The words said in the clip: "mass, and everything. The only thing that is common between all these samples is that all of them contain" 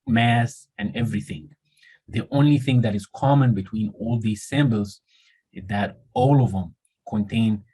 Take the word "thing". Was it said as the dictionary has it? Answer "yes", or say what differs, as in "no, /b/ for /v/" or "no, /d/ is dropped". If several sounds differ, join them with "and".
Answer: yes